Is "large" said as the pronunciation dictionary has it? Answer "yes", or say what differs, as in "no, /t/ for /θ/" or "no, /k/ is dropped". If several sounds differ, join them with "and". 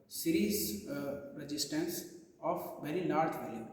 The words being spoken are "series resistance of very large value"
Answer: no, /n/ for /l/